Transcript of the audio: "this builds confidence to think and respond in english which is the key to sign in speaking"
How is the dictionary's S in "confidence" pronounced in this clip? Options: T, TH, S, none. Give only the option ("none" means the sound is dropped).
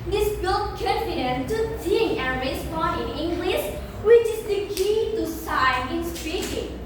none